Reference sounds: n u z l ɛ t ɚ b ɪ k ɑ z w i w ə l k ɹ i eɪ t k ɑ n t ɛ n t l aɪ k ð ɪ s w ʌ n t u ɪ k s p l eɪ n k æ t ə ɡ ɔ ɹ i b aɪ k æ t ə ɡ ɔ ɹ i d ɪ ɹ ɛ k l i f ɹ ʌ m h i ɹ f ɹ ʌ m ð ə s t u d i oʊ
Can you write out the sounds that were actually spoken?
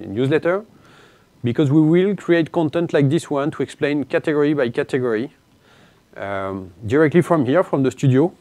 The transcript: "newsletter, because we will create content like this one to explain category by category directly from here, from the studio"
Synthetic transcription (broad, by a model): n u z l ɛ t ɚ b ɪ k ɑ z w i w ə l k ɹ i eɪ t k ɑ n t ɛ n t l aɪ k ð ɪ s w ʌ n t u ɪ k s p l eɪ n k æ t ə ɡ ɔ ɹ i b aɪ k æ t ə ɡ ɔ ɹ i d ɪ ɹ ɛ k l i f ɹ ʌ m h i ɹ f ɹ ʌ m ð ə s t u d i oʊ